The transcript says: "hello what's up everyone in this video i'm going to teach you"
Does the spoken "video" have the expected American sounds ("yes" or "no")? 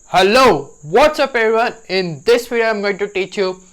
no